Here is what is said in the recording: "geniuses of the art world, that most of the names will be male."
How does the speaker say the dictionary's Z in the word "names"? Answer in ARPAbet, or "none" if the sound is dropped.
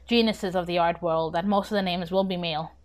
Z